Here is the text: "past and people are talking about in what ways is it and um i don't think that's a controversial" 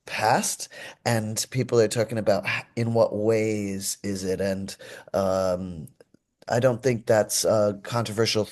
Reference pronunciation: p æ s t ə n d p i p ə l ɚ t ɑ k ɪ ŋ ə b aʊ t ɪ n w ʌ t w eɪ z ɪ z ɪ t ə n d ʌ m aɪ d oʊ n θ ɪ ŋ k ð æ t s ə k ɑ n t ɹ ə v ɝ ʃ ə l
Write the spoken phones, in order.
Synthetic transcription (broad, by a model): p æ s t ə n p i p l ɚ t ɑ k ɪ ŋ ə b aʊ t ɪ n w ʌ t w eɪ z ɪ z ɪ t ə n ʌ m aɪ d oʊ n θ ɪ ŋ k ð æ t s ə k ɑ n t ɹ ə v ɝ ʃ l